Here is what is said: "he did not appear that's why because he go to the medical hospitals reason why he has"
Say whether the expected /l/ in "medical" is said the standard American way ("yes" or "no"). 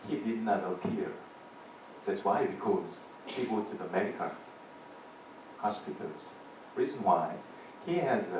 no